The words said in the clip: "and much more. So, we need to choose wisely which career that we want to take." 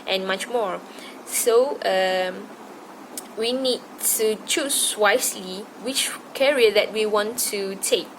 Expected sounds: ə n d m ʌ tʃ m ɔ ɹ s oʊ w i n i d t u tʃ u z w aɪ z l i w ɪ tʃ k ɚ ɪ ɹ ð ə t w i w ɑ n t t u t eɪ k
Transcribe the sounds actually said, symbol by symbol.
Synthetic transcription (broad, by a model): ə n m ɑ tʃ m ɔ ɹ s oʊ w i n i d t u tʃ u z w aɪ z l i w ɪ tʃ k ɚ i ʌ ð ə t w i w ɑ n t t u t eɪ k